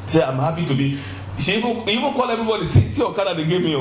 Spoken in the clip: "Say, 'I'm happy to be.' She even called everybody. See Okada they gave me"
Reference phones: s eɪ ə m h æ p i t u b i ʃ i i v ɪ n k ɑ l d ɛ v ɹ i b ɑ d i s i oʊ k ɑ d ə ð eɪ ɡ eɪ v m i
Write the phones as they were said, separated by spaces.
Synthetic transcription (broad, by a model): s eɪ ə m h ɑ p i t u b i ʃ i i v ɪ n k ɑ l ɛ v ɹ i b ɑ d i s i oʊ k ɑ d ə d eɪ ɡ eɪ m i